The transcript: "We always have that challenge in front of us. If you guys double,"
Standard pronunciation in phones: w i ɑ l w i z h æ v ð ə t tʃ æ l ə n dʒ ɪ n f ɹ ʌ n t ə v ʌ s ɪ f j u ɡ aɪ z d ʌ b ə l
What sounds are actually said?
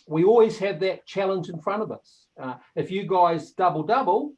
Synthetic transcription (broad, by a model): w i ɑ l w i z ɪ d ð ə t tʃ æ l ə n dʒ ɪ n f ɹ ʌ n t ə v ʌ s ɪ f j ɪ ɡ aɪ z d ʌ b ə l